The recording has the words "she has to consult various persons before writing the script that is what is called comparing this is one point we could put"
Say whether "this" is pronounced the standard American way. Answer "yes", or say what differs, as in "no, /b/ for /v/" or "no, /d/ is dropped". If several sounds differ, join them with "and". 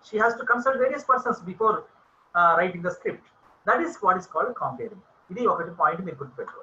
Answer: no, /s/ is dropped